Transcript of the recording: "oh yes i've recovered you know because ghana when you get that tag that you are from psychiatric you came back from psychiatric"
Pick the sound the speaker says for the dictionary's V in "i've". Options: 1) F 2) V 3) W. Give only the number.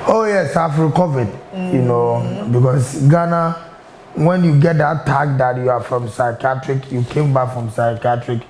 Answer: 1